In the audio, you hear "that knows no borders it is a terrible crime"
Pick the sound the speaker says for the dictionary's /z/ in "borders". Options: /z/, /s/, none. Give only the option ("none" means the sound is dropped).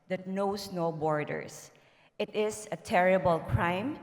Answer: /s/